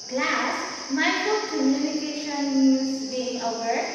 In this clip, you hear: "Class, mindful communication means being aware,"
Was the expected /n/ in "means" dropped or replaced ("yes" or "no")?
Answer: yes